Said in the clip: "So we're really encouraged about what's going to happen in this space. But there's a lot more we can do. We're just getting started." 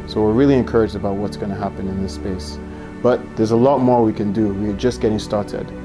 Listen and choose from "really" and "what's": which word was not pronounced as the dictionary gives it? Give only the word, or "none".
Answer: none